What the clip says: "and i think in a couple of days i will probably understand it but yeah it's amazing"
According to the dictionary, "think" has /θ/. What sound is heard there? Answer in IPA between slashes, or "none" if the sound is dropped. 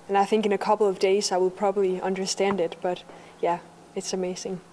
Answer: /θ/